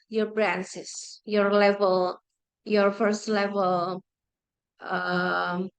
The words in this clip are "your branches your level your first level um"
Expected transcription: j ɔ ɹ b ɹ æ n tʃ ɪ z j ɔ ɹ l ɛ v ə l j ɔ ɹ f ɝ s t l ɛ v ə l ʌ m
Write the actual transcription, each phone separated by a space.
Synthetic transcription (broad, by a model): j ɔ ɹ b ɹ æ n s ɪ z j ɔ ɹ l ɛ v ə l j ɔ ɹ f ɝ s t l ɛ v ə l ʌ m